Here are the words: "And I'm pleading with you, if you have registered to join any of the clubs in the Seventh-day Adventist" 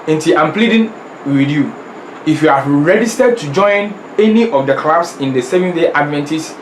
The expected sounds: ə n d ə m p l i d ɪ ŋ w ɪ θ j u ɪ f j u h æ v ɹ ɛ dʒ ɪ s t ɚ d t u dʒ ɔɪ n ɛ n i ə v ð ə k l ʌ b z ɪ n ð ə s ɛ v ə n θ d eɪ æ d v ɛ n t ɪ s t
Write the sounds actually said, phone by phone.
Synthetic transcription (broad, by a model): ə n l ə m p l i d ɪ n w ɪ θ j u ɪ f j u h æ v ɹ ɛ dʒ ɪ s t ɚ d t u dʒ ɔɪ n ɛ n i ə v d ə k l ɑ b s ɪ n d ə s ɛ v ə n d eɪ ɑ d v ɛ n t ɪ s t